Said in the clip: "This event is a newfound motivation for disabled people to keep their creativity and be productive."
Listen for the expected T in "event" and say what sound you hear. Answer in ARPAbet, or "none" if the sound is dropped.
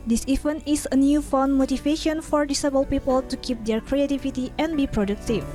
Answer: none